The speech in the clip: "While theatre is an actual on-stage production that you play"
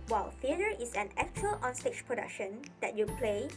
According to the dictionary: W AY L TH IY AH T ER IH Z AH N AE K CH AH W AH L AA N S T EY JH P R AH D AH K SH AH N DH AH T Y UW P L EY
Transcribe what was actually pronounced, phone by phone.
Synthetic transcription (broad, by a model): W AY L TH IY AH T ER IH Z AH N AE K CH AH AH L AA N S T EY CH P R AH D AH K SH AH N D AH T Y UW P L EY